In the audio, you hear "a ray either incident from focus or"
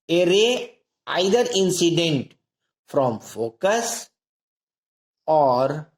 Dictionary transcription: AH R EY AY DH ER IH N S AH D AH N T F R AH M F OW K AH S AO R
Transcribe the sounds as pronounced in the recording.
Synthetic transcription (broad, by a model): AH R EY AY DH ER IH N S AH D AH N T F R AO M F OW K AH S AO R